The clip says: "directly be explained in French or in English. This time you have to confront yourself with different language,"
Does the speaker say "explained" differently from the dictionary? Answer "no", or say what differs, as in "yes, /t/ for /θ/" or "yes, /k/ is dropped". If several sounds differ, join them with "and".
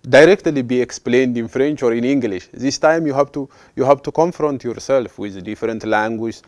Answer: no